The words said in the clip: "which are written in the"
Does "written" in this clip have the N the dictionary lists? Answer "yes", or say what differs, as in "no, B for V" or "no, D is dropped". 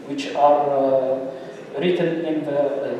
yes